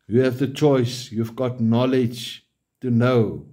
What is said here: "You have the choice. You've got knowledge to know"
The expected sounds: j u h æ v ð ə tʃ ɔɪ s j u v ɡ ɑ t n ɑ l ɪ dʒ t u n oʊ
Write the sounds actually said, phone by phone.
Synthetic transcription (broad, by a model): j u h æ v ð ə tʃ ɔɪ s j u v ɡ ɑ t n ɑ l ɪ dʒ t u n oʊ